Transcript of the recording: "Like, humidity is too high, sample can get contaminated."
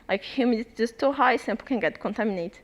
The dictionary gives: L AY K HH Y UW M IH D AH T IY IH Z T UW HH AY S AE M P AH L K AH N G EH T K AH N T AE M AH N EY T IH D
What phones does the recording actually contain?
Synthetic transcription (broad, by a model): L AY K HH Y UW M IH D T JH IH S T UW HH AY S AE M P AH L K AH N G EH T K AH N T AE M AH N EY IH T